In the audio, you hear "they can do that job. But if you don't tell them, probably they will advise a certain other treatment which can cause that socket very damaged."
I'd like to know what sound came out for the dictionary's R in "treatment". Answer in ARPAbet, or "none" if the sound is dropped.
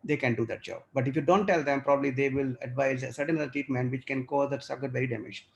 none